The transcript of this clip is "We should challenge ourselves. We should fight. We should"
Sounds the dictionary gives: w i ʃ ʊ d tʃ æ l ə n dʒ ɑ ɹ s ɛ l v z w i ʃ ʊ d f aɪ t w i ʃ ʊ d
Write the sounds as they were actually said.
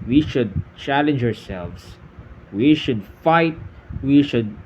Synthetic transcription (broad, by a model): w i ʃ ʊ d tʃ æ l ə n dʒ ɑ ɹ s ɛ l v s w i ʃ ʊ d f aɪ t w i ʃ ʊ d